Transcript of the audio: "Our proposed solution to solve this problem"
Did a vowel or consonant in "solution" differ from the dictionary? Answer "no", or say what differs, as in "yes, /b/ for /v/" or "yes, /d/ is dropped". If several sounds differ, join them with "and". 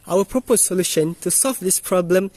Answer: no